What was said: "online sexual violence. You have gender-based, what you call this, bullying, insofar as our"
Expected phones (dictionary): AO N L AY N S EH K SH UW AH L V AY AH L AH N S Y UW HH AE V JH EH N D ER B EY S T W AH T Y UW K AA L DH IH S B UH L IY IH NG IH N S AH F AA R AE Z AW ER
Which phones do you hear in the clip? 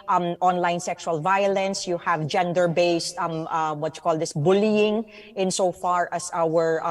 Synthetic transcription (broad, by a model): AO N L AY N S EH K SH UW AH L V AY AH L AH N S Y UW HH AE V JH EH N D ER B EY S T W AH T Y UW K AA L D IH S B UH L IY IH NG IH N S AH F AA R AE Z AW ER